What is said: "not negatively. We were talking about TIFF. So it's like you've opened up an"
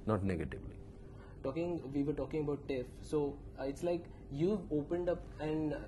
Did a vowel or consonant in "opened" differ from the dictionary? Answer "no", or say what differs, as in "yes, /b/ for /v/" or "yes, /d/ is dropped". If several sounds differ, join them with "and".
no